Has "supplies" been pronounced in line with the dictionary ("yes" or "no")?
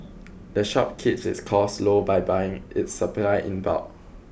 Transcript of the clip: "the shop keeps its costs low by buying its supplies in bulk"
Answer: no